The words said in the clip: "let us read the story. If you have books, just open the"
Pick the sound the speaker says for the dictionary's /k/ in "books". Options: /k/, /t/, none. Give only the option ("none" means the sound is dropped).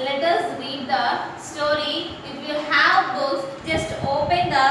none